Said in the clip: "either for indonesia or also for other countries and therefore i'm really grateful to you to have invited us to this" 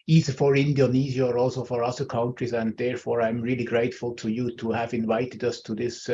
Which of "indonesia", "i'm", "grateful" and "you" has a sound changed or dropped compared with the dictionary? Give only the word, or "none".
indonesia